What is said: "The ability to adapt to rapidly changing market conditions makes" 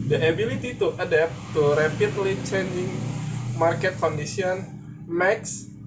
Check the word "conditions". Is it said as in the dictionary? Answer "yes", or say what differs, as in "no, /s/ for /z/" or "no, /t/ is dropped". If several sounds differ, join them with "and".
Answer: no, /s/ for /ʃ/ and /z/ is dropped